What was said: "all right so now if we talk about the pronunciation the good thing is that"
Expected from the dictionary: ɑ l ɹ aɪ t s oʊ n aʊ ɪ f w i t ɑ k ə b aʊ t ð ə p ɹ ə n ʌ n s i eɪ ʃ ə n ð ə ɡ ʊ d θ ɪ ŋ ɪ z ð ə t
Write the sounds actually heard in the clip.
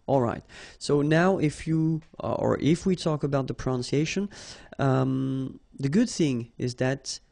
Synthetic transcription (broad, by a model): ɑ l ɹ aɪ t s oʊ n aʊ ɪ f w i t ɑ k ə b aʊ t ð ə p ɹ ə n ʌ n s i eɪ ʃ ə n ð ə ɡ ʊ d θ ɪ ŋ ɪ z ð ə t